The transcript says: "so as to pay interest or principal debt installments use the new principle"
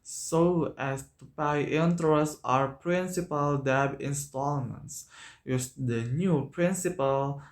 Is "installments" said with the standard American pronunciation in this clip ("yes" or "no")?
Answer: yes